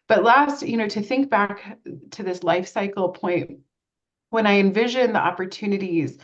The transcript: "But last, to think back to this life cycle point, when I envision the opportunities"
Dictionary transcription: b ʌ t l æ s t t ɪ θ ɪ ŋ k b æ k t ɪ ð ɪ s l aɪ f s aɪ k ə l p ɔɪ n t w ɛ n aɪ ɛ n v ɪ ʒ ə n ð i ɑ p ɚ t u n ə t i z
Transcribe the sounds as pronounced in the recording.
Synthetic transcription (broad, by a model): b ʌ t l æ s t t ɪ θ ɪ ŋ k b æ k t ɪ ð ɪ s l aɪ f s aɪ k l p ɔɪ n t w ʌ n aɪ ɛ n v ɪ ʒ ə n ð i ɑ p ɚ t u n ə t i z